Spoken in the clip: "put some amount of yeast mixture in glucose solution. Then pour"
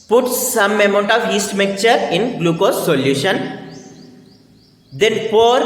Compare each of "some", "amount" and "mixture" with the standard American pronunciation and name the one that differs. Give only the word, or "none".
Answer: mixture